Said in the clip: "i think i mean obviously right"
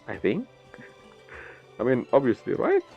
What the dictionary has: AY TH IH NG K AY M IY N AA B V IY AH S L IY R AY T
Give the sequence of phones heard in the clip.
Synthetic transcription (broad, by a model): AY TH IH NG K AY M IY N AA B V IY AH S L IY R AY T